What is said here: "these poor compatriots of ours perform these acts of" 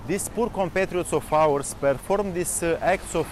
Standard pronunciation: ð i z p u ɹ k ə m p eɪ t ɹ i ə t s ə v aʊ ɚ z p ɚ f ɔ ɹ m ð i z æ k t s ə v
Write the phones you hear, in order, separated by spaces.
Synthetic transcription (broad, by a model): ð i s p u ɹ k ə m p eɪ t ɹ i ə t s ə f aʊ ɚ s p ɚ f ɔ ɹ m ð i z æ k t s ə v